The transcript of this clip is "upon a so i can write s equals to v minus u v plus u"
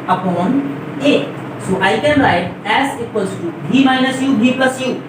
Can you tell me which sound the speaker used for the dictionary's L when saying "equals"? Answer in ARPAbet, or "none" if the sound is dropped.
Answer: none